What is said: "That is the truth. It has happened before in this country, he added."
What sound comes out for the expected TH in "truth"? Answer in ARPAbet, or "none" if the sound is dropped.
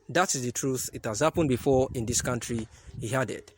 TH